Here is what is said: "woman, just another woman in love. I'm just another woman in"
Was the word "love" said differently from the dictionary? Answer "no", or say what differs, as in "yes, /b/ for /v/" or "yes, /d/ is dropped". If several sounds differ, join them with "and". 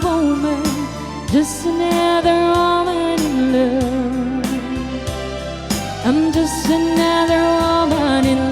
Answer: yes, /v/ is dropped